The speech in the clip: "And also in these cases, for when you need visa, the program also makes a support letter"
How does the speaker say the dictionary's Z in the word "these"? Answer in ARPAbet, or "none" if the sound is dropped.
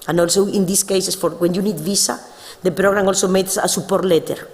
S